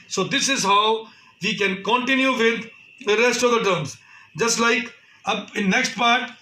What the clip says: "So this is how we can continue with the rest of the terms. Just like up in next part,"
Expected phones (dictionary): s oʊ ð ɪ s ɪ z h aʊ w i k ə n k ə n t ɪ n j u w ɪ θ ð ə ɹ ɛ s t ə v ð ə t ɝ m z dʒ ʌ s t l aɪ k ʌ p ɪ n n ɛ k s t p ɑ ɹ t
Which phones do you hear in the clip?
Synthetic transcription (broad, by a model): s oʊ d ɪ s ɪ z h aʊ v i k ə n k ə n t ɪ n j u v ɪ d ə ɹ ɛ s t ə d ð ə t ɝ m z dʒ ʌ s t l aɪ k ʌ p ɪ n n ɛ k s t p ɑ ɹ t